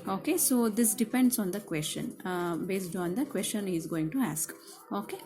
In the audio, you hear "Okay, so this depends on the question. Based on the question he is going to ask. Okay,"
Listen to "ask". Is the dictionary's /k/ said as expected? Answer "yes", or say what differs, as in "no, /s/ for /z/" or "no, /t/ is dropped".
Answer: yes